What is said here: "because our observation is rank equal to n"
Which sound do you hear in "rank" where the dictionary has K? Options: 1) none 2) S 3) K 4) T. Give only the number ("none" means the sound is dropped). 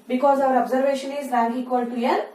1